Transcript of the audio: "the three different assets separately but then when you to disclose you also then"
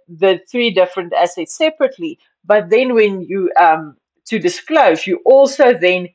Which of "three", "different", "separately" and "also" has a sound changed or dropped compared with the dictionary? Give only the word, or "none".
none